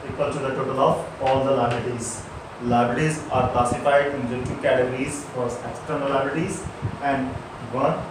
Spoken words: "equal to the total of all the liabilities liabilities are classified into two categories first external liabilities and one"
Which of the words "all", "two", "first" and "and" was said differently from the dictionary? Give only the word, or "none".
first